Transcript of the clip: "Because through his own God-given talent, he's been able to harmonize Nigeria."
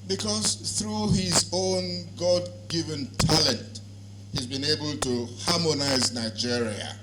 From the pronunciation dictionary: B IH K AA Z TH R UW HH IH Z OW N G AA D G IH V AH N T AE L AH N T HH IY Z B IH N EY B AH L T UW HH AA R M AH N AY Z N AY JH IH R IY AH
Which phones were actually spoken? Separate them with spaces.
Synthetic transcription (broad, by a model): B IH K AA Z TH R UW HH IH Z OW N G AA D G IH V AH N T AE L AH N T HH IY Z B IH N EY B AH L T UW HH AA M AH N AY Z N AY JH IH R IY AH